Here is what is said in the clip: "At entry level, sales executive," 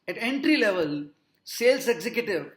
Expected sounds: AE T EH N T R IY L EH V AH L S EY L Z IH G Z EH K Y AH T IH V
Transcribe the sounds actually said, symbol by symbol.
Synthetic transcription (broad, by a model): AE T EH N T R IY L EH V AH L S EY L S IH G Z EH K Y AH T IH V